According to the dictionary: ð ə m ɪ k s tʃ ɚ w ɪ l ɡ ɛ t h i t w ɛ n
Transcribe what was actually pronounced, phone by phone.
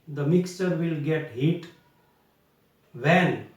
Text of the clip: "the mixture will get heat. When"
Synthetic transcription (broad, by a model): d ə m ɪ k s tʃ ɚ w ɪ l ɡ ɛ t h i t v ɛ n